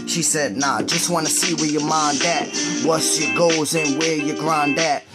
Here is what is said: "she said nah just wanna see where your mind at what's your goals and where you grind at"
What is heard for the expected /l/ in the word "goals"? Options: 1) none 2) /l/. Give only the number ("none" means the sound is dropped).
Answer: 1